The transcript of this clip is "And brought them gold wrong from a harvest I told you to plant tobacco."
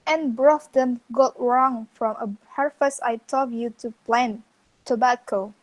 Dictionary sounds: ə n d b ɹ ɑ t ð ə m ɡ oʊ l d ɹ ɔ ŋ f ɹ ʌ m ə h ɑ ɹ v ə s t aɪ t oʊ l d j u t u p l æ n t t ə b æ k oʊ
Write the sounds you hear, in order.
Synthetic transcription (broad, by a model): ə n b ɹ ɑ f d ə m ɡ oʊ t ɹ ɔ ŋ f ɹ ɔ m ə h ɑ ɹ f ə s aɪ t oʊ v j u t u p l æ n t t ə b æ k oʊ